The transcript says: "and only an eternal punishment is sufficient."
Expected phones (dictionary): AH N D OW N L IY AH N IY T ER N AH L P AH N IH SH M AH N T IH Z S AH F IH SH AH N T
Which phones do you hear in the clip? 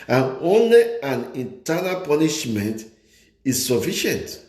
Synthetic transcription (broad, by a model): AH N OW N L IY AH N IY T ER N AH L P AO N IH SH M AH N T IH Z S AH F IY SH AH N T